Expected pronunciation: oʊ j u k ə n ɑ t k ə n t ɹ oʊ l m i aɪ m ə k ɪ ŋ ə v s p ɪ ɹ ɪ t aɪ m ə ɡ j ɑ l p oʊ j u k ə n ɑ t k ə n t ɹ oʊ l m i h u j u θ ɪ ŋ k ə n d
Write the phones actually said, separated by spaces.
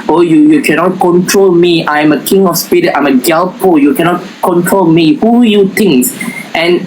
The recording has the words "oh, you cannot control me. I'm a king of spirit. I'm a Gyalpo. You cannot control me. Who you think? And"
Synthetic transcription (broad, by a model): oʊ j u k ə n ɑ t k ə n t ɹ oʊ l m i aɪ m ə k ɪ ŋ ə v s p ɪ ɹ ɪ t aɪ m ə ɡ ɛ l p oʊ j u k ə n ɑ t k ə n t ɹ oʊ l m i h u j u t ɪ ŋ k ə n